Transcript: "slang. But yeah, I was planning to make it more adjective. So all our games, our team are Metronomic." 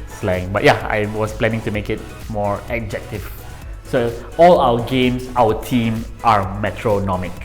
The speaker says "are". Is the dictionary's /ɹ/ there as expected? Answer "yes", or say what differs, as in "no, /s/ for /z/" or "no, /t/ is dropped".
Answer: yes